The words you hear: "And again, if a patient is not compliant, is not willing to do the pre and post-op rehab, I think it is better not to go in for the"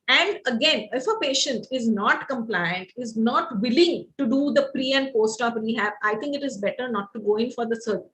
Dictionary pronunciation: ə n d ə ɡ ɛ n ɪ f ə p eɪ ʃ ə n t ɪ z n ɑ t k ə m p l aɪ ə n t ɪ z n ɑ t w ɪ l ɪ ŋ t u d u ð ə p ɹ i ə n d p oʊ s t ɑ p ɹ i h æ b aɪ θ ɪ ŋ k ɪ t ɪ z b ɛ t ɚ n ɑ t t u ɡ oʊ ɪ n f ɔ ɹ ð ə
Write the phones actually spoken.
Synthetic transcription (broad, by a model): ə n d ə ɡ ɛ n ɪ f ə p eɪ ʃ ə n t ɪ z n ɑ t k ə m p l aɪ ə n t ɪ z n ɑ t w ɪ l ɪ ŋ t u d u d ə p ɹ i ə n d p oʊ s t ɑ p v i h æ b aɪ t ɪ ŋ k ɪ t ɪ z b ɛ t ɚ n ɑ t t u ɡ oʊ ɪ n f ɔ ɹ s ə